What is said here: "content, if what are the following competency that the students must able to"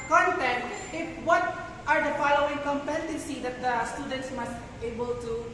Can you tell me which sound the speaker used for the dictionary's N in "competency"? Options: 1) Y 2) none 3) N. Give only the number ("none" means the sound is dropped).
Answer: 2